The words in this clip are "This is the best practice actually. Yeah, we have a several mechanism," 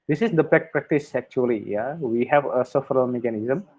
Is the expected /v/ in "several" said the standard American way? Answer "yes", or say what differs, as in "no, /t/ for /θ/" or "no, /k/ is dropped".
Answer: no, /f/ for /v/